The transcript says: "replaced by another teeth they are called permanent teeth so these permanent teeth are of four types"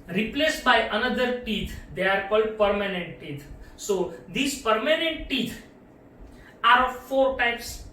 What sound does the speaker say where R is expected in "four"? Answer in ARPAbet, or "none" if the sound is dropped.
R